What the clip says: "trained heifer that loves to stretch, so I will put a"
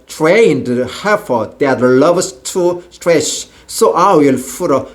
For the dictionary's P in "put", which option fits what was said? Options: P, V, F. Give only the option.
F